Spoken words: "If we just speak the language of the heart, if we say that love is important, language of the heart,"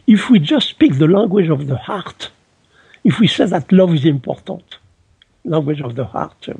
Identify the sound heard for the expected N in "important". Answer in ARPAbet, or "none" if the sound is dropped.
none